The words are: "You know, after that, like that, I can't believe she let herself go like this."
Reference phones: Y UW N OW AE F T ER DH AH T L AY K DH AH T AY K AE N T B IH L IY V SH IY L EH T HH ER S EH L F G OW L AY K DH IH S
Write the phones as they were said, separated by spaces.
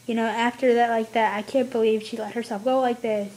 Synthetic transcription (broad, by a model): Y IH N OW AE F T ER DH AH T L AY K DH AH T AY K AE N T B IH L IY V SH IY L EH T HH ER S EH L F G OW L AY K DH IH S